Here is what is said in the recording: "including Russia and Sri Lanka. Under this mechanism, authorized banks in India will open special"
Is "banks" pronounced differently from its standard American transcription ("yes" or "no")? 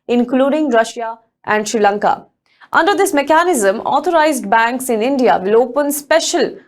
no